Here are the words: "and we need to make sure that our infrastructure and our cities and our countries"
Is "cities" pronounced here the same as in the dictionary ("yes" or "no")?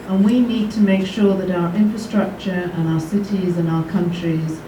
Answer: yes